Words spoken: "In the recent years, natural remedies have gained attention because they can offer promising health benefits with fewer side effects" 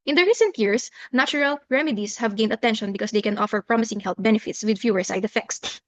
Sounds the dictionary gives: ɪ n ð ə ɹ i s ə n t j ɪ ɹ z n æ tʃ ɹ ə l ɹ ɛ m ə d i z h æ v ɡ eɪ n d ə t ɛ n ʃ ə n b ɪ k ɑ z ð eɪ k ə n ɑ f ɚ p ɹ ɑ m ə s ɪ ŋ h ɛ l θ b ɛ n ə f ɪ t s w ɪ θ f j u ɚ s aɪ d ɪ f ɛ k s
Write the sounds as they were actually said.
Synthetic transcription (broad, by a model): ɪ n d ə ɹ i s ə n t j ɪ ɹ s n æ tʃ ɹ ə l ɹ ɛ m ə d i s h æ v ɡ eɪ n d ə t ɛ n ʃ ə n b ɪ k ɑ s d eɪ k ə n ɑ f ɚ p ɹ ɑ m ə s ɪ ŋ h ɛ l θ b ɛ n ə f ɪ t s w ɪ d f j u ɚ s aɪ d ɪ f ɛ k s